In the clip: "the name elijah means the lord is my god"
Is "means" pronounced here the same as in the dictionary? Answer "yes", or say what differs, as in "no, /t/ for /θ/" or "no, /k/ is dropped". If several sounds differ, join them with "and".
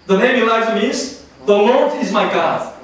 no, /n/ is dropped